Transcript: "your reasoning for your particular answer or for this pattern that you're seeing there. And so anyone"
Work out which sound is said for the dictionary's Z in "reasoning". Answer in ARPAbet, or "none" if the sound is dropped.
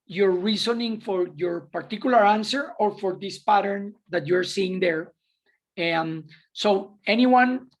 S